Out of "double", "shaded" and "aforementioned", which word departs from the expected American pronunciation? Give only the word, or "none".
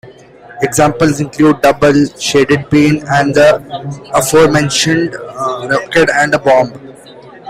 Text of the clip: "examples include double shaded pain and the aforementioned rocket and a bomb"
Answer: none